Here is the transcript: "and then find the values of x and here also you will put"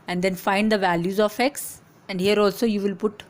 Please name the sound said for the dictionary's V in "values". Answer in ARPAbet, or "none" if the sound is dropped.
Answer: V